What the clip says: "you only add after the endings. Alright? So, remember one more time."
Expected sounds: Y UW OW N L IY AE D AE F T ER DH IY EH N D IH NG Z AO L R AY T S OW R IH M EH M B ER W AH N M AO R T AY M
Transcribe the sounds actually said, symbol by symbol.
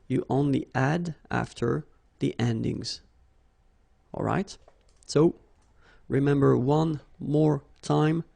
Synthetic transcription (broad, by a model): Y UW OW N L IY AE D AE F T ER DH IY EH N D IH NG Z AO L R AY T S OW R IH M EH M B ER W AH N M AO R T AY M